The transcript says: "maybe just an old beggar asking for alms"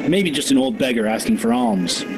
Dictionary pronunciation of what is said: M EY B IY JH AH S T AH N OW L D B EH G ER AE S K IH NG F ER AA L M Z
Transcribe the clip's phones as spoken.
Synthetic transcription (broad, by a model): M EY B IY JH AH S T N OW L D B EH G ER AE S K IH NG F ER AA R M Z